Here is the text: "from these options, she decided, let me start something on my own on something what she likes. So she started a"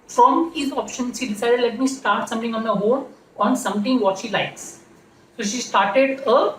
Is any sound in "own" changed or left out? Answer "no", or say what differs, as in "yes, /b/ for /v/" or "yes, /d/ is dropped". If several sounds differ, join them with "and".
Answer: yes, /l/ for /n/